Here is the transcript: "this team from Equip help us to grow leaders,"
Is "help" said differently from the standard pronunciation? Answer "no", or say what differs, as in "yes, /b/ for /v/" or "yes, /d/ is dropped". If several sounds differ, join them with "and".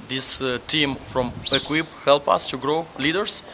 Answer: no